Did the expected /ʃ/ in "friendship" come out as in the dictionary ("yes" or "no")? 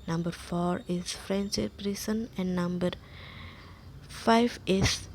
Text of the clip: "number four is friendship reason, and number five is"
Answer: no